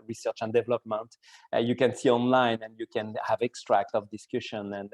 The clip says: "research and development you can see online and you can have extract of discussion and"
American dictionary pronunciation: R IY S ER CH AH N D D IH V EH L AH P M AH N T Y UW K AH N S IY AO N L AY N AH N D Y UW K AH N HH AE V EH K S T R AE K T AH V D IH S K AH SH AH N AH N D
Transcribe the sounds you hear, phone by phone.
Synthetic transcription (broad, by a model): R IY S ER CH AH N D D IH V EH L AH P M AH N T Y UW K AH N S IY AO N L AY N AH N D Y UW K AH N HH AE V EH K S T R AE K T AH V D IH S K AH SH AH N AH N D